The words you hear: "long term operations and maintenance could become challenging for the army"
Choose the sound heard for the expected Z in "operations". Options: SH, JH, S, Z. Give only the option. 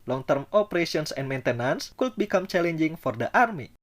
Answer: S